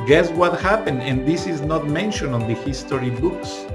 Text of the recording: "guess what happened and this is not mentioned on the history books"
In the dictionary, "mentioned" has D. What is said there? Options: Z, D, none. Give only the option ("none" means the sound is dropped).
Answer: none